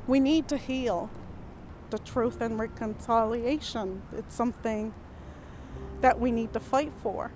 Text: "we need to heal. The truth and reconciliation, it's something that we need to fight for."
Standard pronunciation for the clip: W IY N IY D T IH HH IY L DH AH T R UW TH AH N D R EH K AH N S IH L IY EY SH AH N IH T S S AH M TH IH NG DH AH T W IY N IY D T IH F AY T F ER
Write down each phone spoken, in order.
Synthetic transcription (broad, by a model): W IY N IY D T IH HH IY L DH AH T R UW TH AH N R EH K AH N S IH L IY EY SH AH N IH T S S AH M TH IH NG DH AH T W IY N IY D T IH F AY T F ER